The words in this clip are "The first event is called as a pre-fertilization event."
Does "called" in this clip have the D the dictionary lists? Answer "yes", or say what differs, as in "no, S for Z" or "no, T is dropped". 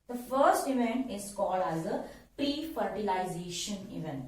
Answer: yes